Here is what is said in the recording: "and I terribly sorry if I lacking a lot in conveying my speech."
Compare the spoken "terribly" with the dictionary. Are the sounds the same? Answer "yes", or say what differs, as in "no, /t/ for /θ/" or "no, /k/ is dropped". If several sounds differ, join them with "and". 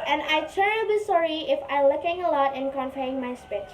no, /l/ is dropped